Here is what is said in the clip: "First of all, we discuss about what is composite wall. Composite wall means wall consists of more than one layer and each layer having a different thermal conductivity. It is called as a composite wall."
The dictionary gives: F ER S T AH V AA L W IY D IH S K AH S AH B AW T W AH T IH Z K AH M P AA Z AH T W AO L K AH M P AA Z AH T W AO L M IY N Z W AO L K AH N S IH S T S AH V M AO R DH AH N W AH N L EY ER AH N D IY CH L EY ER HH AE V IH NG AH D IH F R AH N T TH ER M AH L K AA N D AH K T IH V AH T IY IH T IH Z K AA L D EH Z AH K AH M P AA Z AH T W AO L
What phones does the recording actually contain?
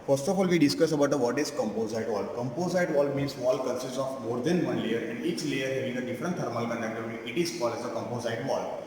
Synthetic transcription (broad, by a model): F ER S T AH F AA L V IY D IH S K AH S AH B AW T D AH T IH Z K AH M P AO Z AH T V AO L K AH M P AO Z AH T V AO L M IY N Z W AO L K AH N S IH S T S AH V M AO R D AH N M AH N L EY ER AH N D IY CH L EY ER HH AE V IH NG AH D IH F R AH N T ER M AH L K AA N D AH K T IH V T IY IH T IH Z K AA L EH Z AH K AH M P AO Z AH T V AO L